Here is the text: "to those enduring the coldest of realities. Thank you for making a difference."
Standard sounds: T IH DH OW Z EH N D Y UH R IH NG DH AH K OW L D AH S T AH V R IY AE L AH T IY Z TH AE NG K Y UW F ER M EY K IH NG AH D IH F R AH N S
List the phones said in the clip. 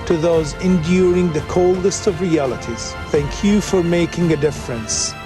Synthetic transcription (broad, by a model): T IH DH OW Z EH N D Y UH R IH NG DH AH K OW L D AH S T AH V R IY AE L AH T IY Z TH AE NG K Y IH F ER M EY K IH NG AH D IH F R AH N S